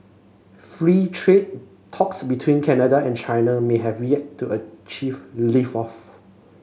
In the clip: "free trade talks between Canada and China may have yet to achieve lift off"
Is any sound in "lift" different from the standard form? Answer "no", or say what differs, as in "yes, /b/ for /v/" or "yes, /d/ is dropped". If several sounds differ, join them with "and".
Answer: yes, /t/ is dropped